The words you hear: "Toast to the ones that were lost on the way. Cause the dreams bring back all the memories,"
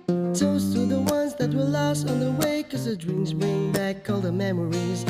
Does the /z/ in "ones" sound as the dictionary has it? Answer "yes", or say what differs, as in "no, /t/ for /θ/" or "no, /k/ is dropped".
yes